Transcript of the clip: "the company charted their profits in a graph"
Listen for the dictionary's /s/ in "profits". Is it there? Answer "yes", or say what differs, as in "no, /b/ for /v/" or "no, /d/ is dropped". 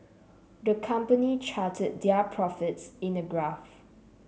yes